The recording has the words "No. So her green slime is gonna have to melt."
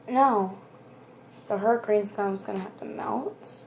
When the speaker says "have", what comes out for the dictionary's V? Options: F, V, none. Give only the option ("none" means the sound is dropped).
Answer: F